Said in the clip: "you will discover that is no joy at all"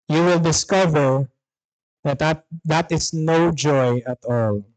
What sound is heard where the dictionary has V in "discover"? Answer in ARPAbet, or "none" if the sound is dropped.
V